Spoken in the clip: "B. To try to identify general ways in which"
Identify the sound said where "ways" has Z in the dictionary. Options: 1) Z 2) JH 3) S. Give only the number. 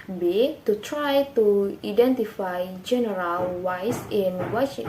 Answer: 3